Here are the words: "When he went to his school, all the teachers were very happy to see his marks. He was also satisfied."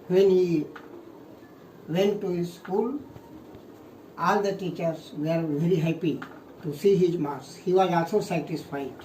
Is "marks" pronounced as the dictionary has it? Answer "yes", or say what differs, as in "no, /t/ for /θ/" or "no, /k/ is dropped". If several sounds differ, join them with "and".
no, /k/ is dropped